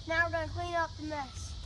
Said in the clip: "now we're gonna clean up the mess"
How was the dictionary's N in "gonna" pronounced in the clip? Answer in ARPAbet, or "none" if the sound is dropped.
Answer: none